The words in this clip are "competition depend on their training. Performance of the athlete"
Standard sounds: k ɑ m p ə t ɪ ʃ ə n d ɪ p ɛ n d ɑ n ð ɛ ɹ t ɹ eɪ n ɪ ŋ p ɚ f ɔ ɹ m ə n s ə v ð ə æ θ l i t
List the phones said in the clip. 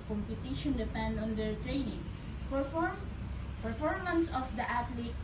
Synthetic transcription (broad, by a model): k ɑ m p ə t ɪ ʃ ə n d ɪ p ɛ n d ɑ n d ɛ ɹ t ɹ eɪ n ɪ ŋ p ɚ f ɔ ɹ m ə n s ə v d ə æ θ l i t